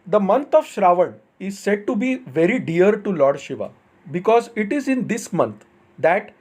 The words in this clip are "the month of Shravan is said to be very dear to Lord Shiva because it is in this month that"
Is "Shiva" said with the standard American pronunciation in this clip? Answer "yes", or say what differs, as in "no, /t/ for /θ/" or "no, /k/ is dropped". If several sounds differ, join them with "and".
yes